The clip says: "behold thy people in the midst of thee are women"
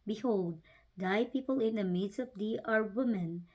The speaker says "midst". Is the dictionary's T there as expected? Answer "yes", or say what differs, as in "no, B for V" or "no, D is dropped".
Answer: no, T is dropped